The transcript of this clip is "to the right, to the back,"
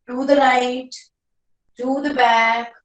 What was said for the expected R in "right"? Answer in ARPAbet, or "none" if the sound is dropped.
L